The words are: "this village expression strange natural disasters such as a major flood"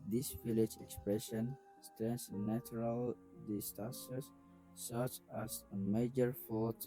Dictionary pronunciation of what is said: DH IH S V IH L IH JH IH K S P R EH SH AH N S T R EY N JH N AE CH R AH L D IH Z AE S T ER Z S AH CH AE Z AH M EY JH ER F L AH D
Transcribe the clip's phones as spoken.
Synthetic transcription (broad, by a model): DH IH S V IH L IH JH IH K S P R EH SH AH N S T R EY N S N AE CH R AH L D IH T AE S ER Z S AH CH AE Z AH M EY JH ER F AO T